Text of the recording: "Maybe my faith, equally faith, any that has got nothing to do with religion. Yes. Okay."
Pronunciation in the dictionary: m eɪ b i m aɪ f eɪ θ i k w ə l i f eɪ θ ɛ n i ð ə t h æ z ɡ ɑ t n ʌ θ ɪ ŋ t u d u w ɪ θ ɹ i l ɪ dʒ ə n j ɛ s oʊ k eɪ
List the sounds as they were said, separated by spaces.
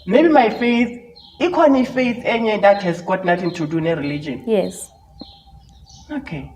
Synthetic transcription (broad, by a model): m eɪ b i m aɪ f eɪ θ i k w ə n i f eɪ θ ɛ n i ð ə t h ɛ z ɡ ɑ t n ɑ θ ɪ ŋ t u d u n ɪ ɹ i l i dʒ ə n j ɛ s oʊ k eɪ